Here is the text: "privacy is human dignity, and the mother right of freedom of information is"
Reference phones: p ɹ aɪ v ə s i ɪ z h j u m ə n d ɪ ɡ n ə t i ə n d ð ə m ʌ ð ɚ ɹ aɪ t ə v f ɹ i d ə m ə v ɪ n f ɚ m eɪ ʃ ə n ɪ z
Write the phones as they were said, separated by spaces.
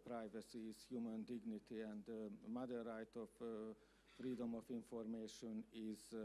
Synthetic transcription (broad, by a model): p ɹ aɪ v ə s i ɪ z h j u m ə n d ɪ ɡ n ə t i ə n d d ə m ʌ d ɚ ɹ aɪ t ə f ɹ i d ə m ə f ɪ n f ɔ m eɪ ʃ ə n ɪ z